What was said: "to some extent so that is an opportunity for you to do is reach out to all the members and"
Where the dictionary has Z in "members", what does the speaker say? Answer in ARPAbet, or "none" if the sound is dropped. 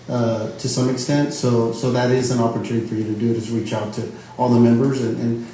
Z